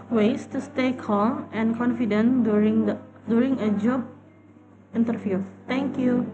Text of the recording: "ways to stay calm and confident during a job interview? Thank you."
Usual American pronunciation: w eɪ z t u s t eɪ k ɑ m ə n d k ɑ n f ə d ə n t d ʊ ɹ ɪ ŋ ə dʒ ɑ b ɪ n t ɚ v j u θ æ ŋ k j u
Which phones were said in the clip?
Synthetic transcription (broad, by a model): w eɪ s t u s t eɪ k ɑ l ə n k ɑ n f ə d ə n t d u ɹ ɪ ŋ ə dʒ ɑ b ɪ n t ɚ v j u t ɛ ŋ k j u